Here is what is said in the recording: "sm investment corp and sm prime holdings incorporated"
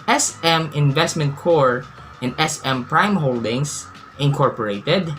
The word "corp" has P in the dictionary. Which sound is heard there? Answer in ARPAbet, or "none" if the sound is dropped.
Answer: none